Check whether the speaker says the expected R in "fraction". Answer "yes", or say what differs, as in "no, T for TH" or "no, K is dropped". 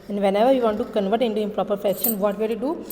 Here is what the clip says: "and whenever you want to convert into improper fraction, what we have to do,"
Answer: no, R is dropped